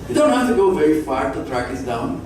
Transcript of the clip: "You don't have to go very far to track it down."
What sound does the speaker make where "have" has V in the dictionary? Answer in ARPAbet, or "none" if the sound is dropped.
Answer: F